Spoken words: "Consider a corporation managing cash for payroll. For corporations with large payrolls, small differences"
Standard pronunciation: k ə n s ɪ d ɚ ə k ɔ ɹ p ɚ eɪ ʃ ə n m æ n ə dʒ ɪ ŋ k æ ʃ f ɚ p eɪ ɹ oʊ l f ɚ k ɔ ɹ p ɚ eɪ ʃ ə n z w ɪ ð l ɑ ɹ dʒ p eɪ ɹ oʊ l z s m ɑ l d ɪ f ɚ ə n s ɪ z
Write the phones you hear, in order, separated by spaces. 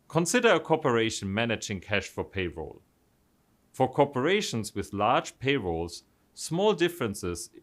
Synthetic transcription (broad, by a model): k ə n s ɪ d ɚ ə k ɔ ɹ p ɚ eɪ ʃ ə n m æ n ə dʒ ɪ ŋ k æ ʃ f ɚ p eɪ ɹ oʊ l f ɚ k ɔ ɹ p ɚ eɪ ʃ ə n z w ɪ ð l ɑ ɹ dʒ p eɪ ɹ oʊ l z s m ɑ l d ɪ f ɚ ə n s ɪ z